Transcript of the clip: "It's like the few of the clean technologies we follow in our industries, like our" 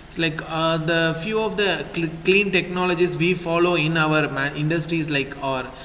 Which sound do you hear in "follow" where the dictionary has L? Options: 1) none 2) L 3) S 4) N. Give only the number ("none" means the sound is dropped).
2